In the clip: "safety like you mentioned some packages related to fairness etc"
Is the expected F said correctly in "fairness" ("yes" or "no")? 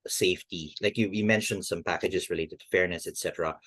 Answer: yes